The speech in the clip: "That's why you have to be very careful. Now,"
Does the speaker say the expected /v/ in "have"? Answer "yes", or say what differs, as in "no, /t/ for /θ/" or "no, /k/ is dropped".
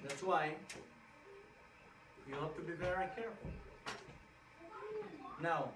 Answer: no, /p/ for /v/